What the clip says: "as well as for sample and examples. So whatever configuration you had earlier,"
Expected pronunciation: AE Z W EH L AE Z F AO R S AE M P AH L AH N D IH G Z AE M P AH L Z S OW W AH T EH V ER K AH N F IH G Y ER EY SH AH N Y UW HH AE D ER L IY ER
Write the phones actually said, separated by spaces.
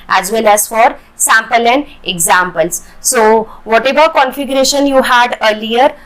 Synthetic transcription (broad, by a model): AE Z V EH L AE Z F AO R S AE M P AH L AH N D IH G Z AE M P AH L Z S OW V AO T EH V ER K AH N F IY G Y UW EY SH AH N Y UW HH AE D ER L IY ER